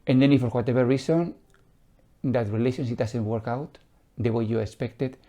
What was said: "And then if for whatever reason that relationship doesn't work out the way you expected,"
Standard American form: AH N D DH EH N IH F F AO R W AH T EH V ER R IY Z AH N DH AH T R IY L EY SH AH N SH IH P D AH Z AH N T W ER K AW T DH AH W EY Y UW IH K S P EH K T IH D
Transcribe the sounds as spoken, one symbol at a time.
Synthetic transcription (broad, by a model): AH N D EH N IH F F AO R W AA T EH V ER R IY S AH N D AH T R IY L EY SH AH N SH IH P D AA S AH N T W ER K AW T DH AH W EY Y UW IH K S P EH K T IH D